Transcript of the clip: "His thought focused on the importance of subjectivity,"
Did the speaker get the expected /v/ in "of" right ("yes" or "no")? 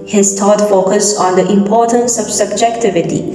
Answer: no